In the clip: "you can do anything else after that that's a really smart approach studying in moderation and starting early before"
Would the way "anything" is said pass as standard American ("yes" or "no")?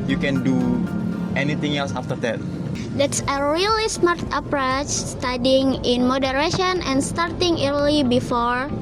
no